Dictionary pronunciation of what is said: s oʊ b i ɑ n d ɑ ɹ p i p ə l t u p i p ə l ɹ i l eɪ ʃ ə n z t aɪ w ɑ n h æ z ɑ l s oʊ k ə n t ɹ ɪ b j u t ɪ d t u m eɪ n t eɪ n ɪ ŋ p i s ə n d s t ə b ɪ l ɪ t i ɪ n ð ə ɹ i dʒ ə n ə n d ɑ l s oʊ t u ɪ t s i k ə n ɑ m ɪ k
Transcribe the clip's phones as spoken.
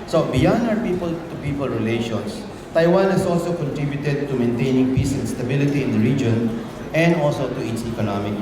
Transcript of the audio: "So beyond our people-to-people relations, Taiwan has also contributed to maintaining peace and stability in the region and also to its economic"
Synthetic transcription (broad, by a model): s oʊ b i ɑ n ɑ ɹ p i p ə l t u p i p ə l ɹ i l eɪ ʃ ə n s t aɪ w ɑ n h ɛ s ɑ l s oʊ k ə n t ɹ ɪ b j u t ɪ d t u m eɪ n t eɪ n ɪ ŋ p i s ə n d s t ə b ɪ l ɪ t i ɪ n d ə ɹ i dʒ ə n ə n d ɑ l s oʊ t u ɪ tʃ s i k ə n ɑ m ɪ k